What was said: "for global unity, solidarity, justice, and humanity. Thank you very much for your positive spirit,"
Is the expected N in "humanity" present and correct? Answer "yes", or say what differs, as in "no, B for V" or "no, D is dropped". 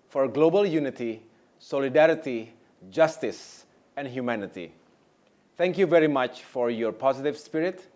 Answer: yes